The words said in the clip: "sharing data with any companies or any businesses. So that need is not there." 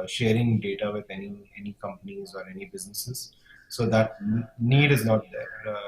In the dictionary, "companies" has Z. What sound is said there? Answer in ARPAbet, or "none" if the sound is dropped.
Z